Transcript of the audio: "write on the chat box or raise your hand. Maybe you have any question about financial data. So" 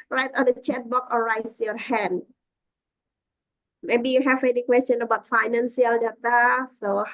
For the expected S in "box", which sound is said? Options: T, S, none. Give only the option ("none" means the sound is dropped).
none